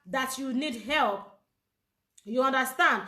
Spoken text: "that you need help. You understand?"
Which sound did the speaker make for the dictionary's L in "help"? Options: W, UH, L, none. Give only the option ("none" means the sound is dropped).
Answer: L